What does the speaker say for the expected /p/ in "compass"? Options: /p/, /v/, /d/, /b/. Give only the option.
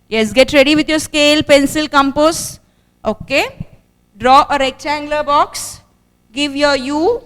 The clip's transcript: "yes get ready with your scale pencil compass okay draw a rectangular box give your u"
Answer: /p/